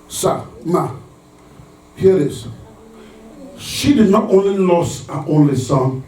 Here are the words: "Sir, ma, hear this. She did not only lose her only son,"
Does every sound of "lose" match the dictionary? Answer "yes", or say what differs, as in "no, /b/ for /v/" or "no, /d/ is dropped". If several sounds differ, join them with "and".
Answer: no, /s/ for /z/